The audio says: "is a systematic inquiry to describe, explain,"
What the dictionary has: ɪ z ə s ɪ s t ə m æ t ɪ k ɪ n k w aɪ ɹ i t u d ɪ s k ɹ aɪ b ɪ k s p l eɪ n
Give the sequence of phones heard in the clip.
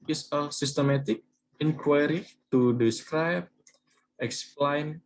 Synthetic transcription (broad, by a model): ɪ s ə s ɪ s t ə m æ t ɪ k ɪ n k w aɪ ɹ i t u d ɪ s k ɹ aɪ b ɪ k s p l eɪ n